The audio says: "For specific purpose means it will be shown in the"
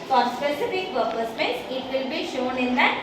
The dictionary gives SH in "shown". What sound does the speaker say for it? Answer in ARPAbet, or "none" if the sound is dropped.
SH